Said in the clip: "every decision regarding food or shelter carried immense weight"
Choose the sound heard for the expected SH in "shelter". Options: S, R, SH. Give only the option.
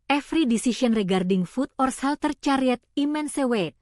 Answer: S